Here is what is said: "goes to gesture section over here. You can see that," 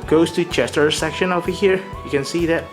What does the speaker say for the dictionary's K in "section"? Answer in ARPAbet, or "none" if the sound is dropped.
K